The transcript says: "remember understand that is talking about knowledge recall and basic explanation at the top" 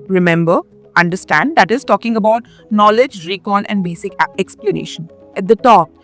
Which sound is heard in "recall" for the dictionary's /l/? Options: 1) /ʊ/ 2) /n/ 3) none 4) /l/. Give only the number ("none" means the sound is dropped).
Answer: 2